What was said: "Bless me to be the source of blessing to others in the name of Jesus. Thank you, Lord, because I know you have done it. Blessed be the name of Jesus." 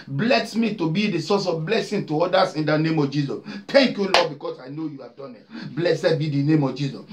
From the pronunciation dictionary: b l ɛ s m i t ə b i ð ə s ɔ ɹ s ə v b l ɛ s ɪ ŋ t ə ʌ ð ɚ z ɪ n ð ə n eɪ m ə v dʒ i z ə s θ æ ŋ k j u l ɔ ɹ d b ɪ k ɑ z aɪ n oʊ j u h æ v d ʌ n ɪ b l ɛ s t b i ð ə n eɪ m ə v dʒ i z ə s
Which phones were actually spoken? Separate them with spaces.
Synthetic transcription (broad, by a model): b l ɛ s m i t ə b i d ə s ɔ s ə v b l ɛ s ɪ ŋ t ə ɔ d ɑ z ɪ n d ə n eɪ m ə v dʒ i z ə s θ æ ŋ k j u l ɔ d b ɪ k ɑ s aɪ n oʊ j u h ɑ v d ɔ n ɪ b l ɛ s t b i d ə n eɪ m ə v dʒ i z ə s